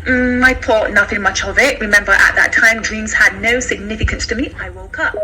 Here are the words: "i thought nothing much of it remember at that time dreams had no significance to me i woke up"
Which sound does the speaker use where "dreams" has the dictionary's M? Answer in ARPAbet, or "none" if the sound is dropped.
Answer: M